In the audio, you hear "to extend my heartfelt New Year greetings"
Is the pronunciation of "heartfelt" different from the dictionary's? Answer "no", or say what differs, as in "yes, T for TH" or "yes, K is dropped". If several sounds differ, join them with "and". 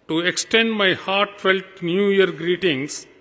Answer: no